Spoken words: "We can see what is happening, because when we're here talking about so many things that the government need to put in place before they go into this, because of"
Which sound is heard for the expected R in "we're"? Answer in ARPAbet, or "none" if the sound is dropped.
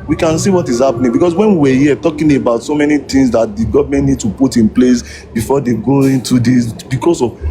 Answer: W